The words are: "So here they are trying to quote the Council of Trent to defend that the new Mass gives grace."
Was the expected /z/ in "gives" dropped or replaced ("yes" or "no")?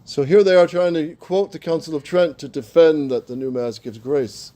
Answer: no